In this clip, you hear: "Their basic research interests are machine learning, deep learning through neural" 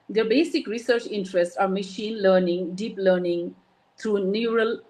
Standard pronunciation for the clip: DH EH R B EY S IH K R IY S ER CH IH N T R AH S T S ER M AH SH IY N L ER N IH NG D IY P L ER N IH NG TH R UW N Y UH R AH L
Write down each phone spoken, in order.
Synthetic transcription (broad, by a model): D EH B EY S IH K R IY S ER CH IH N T R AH S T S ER M AH SH IY N L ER N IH NG D IY P L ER N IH NG T R UW N Y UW R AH L